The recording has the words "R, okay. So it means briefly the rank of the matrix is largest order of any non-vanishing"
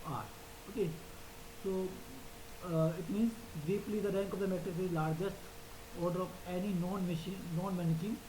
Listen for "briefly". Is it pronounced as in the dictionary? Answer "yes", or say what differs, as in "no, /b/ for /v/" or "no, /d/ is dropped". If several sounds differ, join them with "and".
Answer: no, /p/ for /f/